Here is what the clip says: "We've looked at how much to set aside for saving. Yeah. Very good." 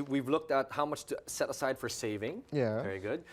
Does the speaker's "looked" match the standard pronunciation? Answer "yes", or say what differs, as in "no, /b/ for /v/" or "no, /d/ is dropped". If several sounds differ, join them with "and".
yes